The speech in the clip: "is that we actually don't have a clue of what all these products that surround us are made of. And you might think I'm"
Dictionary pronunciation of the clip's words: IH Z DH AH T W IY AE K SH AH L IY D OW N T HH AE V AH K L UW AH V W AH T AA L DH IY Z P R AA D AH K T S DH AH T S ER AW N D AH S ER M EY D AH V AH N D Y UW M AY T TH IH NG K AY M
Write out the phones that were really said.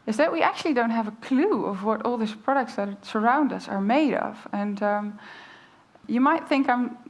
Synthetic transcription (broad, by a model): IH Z DH AH T W IY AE K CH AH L IY D OW N T HH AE V AH K L UW AH V W AH T AA L DH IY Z P R AA D AH K T S DH AH T S ER AW N D AH S ER M EY D AH V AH N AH Y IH M AY T TH IH NG K AY M